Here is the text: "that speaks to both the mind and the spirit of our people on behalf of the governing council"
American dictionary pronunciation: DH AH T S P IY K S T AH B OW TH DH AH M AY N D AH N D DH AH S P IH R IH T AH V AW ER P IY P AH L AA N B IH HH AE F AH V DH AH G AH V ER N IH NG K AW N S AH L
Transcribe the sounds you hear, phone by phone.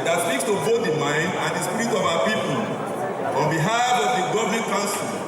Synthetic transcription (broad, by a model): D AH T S IY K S T AH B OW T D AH M AY N D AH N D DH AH S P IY R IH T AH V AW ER P IY P AH L AA N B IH HH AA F AH V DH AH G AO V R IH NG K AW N S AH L